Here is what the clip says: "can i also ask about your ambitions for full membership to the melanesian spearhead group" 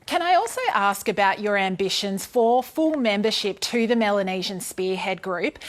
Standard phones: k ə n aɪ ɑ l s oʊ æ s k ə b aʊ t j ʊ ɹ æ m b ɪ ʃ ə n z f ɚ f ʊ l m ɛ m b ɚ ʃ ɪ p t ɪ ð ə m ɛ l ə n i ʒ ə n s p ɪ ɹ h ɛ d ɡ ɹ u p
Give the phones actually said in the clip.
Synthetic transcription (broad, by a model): k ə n aɪ ɑ l s oʊ æ s k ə b aʊ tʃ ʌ ɹ æ m b ɪ ʃ ə n z f ɚ f ʊ l m ɛ m b ɚ ʃ ɪ p t ɪ ð ə m ɛ l ə n i ʒ ə n s p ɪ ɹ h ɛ d ɡ ɹ u p